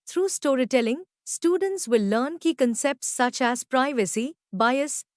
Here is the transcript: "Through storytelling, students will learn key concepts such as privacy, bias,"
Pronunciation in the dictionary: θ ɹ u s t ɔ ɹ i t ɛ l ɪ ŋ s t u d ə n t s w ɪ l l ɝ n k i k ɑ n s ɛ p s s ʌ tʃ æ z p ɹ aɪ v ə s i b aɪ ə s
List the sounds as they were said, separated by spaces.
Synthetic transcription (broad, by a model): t ɹ u s t ɔ ɹ i t ɛ l ɪ ŋ s t u d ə n t s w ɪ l l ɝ n k i k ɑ n s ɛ p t s ʌ tʃ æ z p ɹ aɪ v ə s i b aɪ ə s